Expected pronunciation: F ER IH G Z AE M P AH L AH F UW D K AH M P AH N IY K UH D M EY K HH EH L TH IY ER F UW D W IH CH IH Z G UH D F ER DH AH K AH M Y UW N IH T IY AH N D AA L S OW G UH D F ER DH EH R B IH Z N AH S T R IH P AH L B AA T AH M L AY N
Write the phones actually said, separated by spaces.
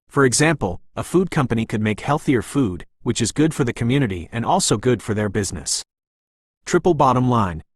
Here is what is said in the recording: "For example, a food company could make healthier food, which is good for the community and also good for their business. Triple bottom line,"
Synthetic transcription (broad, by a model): F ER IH G Z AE M P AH L AH F UW D K AH M P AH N IY K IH D M EY K HH EH L TH IY ER F UW D W IH CH IH Z G UH D F ER DH AH K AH M Y UW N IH T IY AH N AA L S OW G UH D F ER DH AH R B IH Z N AH S T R IH P L B AA T AH M L AY N